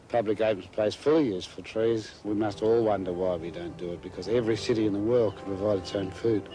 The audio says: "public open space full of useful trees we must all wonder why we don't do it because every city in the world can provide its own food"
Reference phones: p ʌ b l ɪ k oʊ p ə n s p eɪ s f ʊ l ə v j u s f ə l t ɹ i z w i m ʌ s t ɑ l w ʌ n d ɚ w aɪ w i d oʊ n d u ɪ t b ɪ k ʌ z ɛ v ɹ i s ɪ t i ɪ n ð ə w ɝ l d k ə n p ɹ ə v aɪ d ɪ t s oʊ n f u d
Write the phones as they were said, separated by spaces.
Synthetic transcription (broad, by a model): p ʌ b l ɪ k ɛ ə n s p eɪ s f ʊ l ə j u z f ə t ɹ i z w i m ʌ s t ɑ l w ʌ n d ɚ w aɪ w i d oʊ n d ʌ ɪ t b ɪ k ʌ z ɛ v ɹ i s ɪ t i ɪ n ð ə w ɝ l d k ə n p ɹ ə v aɪ d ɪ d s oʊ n f u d